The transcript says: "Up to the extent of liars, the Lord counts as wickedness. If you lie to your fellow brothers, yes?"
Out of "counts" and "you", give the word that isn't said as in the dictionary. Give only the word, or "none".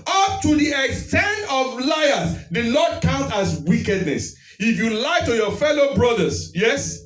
counts